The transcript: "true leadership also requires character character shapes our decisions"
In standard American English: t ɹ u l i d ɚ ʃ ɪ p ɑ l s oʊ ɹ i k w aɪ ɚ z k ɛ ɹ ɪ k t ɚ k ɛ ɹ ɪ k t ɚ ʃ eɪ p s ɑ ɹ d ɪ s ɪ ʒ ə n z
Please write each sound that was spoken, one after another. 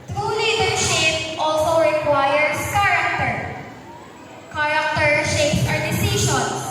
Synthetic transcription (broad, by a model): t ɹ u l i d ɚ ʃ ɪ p ɑ l s oʊ ɹ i k w aɪ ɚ s k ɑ ɹ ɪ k t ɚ k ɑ ɹ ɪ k t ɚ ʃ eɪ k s ɑ ɹ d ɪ s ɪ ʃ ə n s